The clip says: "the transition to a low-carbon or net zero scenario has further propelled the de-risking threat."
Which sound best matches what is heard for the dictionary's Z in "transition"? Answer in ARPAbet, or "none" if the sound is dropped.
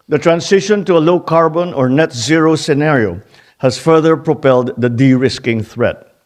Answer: S